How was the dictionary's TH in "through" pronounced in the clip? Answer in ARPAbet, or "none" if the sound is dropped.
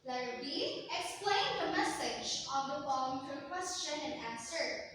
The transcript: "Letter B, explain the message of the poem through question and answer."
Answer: T